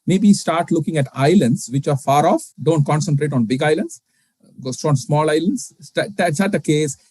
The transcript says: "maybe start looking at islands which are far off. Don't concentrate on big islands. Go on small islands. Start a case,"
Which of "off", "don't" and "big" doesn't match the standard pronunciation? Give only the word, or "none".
none